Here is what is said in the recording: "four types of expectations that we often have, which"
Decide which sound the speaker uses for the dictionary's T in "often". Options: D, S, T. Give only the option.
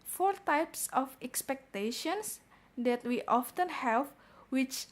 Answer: T